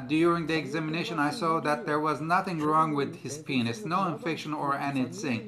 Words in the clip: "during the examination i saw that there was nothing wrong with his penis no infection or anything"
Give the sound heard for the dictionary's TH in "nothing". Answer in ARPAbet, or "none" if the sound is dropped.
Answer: TH